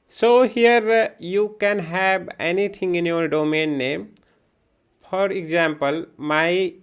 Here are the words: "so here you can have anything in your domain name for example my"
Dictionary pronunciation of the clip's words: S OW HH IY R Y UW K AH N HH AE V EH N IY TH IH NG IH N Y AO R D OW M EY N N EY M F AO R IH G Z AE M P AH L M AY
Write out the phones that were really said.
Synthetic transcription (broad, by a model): S OW HH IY R Y UW K AH N HH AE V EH N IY T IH NG IH N Y AO R D OW M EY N N EY M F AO R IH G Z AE M P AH L M AY